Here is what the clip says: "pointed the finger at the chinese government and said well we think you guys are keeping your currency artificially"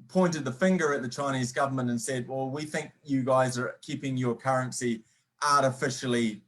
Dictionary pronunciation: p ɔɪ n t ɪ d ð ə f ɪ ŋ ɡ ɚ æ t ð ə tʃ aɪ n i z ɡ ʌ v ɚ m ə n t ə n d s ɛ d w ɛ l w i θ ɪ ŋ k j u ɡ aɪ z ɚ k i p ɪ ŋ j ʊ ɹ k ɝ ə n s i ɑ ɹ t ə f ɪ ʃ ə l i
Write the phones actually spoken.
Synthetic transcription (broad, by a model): p ɔɪ n t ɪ d ð ə f ɪ ŋ ɡ ɚ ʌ t ð ə tʃ aɪ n i z ɡ ʌ v ɚ m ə n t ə n s ɛ d w ɛ l w i θ ɪ ŋ k j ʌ ɡ aɪ z ɚ k i p ɪ ŋ j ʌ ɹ k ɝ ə n s i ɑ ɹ t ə f ɪ ʃ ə l i